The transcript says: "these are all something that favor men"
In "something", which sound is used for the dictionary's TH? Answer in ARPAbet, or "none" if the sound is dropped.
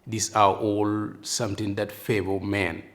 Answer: T